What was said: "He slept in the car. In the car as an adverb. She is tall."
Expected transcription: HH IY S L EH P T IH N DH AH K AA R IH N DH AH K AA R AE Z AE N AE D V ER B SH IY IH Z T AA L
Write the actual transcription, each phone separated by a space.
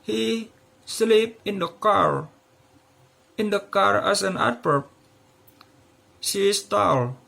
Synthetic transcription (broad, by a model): HH IY S L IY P IH N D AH K AA R IH N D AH K AA R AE S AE N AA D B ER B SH IY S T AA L